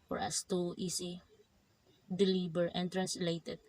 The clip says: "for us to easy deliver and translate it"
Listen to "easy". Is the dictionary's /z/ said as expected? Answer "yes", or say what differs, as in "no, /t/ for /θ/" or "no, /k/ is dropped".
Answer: no, /s/ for /z/